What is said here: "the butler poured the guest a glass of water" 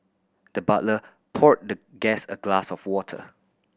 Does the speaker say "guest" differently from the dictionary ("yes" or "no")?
yes